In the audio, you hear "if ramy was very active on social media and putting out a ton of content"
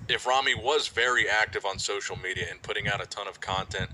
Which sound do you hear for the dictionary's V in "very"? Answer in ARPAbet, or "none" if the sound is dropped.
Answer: V